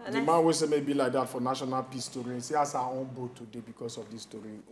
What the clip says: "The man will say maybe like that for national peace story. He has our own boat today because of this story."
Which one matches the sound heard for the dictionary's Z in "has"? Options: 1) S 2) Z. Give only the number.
1